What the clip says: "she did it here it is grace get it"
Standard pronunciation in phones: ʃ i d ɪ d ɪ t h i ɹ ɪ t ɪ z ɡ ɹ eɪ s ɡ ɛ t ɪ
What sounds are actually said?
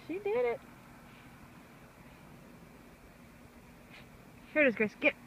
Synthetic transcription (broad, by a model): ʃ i d ɪ d ɪ t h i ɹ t ɪ z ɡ eɪ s ɡ ɛ t